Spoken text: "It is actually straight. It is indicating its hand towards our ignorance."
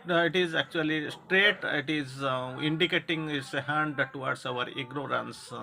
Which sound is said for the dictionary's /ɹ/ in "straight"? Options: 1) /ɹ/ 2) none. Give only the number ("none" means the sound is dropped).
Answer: 1